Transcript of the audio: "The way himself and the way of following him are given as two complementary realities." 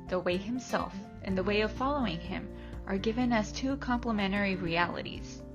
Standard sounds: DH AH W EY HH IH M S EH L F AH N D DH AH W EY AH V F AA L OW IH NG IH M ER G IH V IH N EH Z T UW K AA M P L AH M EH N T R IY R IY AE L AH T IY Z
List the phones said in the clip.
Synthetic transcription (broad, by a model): DH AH W EY HH IH M S EH L F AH N DH AH W EY AH V F AA L OW IH NG IH M ER G IH V IH N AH S T UW K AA M P L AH M EH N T R IY R IY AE L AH T IY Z